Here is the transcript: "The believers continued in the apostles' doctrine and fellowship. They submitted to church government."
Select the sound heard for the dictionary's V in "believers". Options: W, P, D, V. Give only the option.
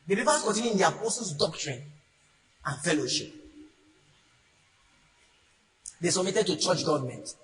P